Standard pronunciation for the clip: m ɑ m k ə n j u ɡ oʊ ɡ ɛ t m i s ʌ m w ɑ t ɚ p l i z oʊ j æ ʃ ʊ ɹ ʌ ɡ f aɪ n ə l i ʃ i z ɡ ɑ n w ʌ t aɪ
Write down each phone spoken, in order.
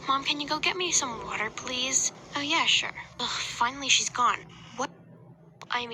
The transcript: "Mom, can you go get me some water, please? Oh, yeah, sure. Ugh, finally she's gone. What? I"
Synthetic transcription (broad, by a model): m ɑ m k ə n j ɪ ɡ oʊ ɡ ɛ t m i s ʌ m w ɑ t ɚ p l i z oʊ j æ ʃ ʊ ɹ f aɪ n l i ʃ i z ɡ ɑ n w ʌ t aɪ